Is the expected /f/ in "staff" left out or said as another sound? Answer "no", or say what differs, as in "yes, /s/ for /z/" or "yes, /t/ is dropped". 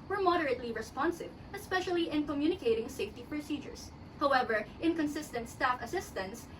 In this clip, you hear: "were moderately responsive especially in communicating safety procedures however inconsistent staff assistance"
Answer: no